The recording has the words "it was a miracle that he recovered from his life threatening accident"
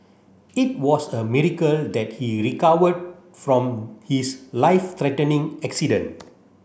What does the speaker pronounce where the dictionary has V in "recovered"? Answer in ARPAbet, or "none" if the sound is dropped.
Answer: W